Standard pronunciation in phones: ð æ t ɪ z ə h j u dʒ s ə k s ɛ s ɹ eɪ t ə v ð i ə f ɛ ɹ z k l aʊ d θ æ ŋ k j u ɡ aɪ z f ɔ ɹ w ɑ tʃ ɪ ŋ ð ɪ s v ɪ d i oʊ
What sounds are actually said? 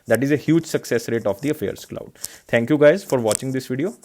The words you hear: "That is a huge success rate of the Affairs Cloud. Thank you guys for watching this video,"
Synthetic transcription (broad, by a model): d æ t ɪ z ə h j u dʒ s ə k s ɛ s ɹ eɪ t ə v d i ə f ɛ ɹ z k l aʊ d t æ ŋ k j u ɡ aɪ z f ɔ ɹ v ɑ tʃ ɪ ŋ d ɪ s v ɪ d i oʊ